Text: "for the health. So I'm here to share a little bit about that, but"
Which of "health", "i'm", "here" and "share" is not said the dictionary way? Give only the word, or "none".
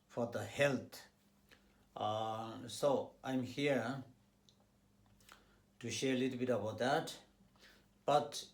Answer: health